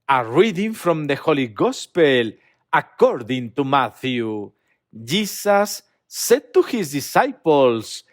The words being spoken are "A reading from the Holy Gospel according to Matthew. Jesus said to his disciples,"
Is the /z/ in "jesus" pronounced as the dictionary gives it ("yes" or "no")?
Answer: no